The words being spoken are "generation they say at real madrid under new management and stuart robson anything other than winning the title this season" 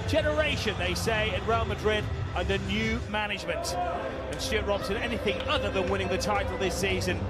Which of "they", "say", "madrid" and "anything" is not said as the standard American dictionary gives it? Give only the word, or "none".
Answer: none